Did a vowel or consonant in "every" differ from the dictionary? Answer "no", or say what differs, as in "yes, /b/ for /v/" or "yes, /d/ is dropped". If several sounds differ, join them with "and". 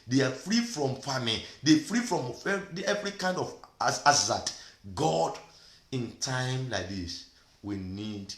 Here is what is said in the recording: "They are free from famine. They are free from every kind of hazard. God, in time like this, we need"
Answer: no